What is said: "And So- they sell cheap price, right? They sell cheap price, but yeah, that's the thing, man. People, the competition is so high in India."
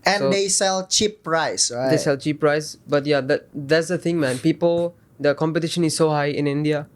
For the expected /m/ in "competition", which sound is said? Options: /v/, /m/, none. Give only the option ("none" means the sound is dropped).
/m/